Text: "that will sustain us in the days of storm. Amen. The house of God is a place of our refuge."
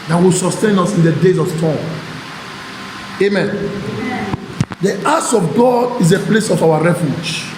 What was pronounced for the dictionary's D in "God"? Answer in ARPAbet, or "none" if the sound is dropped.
D